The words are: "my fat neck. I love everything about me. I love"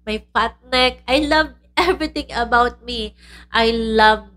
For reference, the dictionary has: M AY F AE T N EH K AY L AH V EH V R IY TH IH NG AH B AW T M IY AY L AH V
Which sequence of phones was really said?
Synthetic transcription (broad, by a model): M AY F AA T N EH K AY L AH V EH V R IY T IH NG AH B AW T M IY AY L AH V